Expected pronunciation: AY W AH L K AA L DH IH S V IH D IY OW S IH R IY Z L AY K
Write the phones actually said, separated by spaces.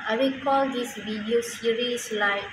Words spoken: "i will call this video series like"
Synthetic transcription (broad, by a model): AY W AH K AA L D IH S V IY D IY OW S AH R IY S L AY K